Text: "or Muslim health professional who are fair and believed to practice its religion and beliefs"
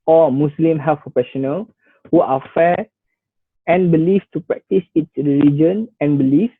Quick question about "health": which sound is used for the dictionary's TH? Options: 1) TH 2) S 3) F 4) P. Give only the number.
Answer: 3